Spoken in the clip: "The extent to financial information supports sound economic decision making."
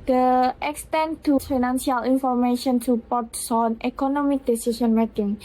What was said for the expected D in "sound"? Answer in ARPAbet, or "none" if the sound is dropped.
none